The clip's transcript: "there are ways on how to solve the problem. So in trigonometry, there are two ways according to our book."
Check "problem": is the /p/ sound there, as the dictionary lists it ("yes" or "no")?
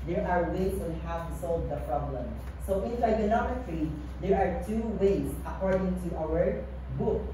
yes